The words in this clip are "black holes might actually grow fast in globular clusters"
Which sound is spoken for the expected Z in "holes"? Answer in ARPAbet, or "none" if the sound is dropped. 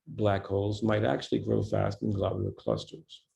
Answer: Z